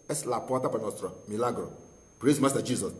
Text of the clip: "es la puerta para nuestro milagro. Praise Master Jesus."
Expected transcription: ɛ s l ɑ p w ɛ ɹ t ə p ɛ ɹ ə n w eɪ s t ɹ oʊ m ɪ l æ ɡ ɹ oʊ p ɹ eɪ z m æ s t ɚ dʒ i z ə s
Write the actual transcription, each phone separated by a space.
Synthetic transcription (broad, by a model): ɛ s l ɑ p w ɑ t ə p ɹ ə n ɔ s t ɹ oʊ m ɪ l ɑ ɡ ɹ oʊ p ɹ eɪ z m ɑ s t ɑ dʒ i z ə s